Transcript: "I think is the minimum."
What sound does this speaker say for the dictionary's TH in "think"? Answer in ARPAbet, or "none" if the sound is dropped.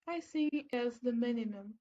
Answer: S